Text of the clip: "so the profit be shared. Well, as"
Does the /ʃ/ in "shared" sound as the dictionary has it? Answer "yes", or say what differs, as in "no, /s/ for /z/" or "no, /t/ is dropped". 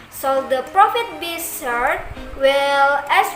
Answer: no, /s/ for /ʃ/